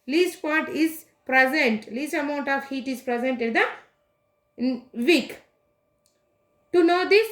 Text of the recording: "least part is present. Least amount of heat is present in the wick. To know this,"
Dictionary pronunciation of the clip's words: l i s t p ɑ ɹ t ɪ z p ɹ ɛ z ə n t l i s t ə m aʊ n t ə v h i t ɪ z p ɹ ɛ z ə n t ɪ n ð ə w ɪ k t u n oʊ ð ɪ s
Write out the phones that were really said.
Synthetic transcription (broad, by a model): l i s t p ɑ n t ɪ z p ɹ ɛ z ə n t l i s t ə m aʊ n t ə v h i t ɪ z p ɹ ɛ z ə n t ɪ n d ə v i k t u n oʊ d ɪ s